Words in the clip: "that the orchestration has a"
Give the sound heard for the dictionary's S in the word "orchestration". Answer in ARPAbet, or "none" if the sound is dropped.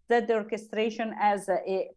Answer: S